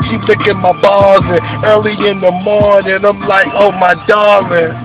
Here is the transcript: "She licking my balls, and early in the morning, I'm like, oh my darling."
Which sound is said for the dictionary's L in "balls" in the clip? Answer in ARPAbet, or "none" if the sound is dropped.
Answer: none